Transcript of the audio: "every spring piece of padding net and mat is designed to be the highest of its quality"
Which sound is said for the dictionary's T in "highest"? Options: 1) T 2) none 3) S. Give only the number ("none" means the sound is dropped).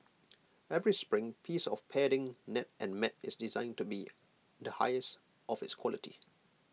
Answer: 1